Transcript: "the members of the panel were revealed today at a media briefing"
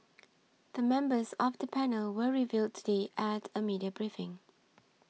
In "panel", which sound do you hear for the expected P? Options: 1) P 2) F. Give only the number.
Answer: 1